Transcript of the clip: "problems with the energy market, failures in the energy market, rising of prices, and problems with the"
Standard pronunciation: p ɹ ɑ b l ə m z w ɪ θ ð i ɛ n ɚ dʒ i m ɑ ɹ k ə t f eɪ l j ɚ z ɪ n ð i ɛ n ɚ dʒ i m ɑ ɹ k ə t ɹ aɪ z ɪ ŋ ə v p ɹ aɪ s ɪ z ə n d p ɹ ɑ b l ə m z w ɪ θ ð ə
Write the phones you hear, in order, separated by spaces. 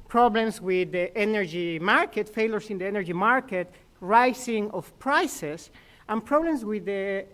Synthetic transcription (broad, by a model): p ɹ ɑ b l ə m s w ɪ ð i ɛ n ɚ dʒ i m ɑ ɹ k ə t f eɪ l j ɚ s ɪ n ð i ɛ n ɚ dʒ i m ɑ ɹ k ə t ɹ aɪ s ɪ ŋ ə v p ɹ aɪ s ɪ s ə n p ɹ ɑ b l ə m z w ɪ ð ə